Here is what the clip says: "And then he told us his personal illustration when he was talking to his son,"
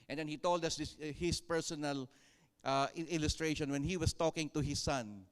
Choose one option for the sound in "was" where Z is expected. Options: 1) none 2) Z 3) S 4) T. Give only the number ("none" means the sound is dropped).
3